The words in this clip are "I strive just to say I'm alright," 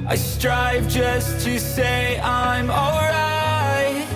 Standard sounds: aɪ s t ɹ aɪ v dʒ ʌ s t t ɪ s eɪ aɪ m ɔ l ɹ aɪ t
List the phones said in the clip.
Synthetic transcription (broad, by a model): aɪ s t ɹ aɪ v dʒ ʌ s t t ɪ s eɪ aɪ m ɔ l ɹ aɪ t